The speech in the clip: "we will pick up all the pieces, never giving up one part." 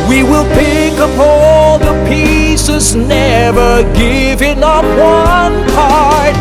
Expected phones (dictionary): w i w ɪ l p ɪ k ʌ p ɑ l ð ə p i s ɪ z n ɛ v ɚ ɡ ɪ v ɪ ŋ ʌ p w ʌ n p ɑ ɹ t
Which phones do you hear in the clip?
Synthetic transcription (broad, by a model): w i w ɪ l p ɪ k ʌ p ɑ l ð ə p i s ɪ z n ɛ v ɚ ɡ ɪ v ɪ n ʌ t w ʌ n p ɑ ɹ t